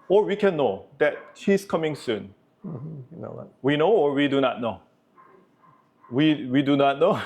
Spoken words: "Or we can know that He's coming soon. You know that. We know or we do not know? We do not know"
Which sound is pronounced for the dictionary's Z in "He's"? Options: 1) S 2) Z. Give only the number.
1